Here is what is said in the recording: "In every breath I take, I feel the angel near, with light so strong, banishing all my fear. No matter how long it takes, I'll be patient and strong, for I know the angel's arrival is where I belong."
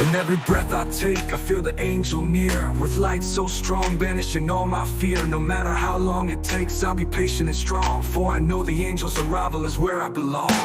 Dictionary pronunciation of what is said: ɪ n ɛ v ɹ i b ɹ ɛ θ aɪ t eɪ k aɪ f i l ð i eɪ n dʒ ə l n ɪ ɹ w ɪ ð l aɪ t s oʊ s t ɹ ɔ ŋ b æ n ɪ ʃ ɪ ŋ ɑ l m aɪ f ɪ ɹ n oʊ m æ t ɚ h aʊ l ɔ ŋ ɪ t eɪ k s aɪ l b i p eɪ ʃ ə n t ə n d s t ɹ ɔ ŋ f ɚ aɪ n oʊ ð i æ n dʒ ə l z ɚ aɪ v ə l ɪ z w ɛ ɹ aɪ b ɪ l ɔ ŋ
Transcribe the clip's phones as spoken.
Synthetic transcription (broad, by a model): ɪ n ɛ v ɹ i b ɹ ɛ θ aɪ t eɪ k aɪ f i l ð i eɪ n dʒ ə l n ɪ ɹ w ɪ ð l aɪ t s oʊ s t ɹ ɔ ŋ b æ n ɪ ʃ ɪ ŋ ɑ l m aɪ f ɪ ɹ n oʊ m æ t ɚ h aʊ l ɔ ŋ ɪ t eɪ k s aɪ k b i p eɪ ʃ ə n ə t s t ɹ ɔ ŋ f ɚ aɪ n oʊ ð i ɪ n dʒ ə l z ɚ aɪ v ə l ɪ z w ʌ ɹ aɪ b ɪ l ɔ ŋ